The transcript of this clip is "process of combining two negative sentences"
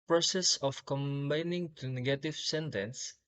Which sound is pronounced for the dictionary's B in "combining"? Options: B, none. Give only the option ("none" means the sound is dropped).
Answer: B